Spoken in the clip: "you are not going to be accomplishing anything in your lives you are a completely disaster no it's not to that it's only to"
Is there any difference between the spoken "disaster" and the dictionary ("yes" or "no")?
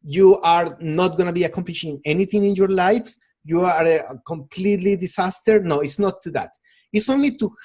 yes